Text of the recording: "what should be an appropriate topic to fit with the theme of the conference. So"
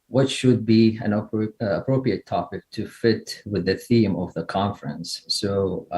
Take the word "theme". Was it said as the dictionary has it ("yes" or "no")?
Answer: yes